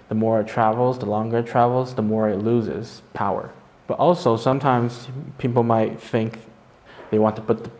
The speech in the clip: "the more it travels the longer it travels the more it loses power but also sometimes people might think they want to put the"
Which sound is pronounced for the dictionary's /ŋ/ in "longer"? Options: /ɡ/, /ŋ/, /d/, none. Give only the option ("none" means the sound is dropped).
/ŋ/